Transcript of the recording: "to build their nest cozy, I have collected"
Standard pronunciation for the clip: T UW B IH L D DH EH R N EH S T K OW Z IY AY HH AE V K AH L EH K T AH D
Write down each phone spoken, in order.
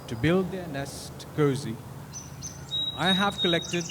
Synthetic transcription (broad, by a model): T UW B IH L D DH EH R N EH S T K OW Z IY AY HH AE V K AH L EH K T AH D